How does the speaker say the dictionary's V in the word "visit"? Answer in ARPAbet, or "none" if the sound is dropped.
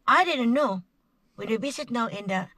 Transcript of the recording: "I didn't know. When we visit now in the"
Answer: B